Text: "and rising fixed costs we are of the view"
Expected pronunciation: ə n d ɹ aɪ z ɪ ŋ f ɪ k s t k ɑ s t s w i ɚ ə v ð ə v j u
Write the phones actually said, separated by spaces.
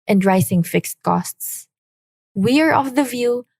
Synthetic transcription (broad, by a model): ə n d ɹ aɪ s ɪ ŋ f ɪ k s t k ɑ s t s w i ɚ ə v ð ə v j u